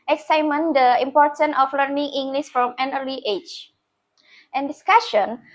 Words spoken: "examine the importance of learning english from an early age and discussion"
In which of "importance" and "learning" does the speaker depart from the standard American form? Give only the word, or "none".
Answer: importance